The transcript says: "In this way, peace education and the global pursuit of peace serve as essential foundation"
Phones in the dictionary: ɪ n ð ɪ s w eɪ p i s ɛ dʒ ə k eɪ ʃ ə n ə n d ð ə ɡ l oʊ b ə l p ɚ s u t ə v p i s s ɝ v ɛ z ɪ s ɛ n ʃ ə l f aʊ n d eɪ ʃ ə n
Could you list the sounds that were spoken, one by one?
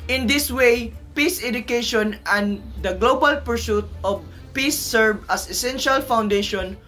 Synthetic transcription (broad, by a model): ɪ n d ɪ s w eɪ p i s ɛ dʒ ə k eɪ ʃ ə n ə n d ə ɡ l oʊ b ə l p ɚ s u t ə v p i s s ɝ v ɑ s ɪ s ɛ n ʃ ə l f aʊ n d eɪ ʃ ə n